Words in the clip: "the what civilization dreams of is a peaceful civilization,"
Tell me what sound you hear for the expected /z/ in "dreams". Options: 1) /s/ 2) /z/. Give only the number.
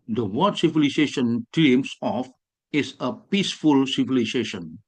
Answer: 1